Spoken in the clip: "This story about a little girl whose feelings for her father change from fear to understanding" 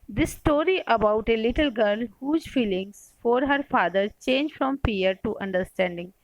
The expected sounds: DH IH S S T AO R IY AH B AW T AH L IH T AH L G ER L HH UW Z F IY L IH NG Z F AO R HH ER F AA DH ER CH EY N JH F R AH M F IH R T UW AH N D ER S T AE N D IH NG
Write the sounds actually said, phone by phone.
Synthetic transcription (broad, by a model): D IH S S T AO R IY AH B AW T AH L IH T AH L G ER L HH UW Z F IY L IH NG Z F AO R HH ER F AA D ER CH EY N JH F R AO M P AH R T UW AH N D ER S T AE N D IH NG